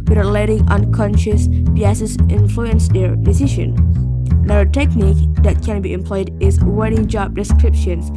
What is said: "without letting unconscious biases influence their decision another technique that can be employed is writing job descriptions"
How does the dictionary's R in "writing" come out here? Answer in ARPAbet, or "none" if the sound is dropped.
W